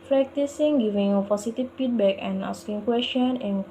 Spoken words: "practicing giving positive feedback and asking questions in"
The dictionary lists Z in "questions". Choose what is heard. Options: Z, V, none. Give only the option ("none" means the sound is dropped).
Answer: none